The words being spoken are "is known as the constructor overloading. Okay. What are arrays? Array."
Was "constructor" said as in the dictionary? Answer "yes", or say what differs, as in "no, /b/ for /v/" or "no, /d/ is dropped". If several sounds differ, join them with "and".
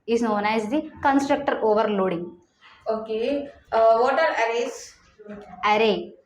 yes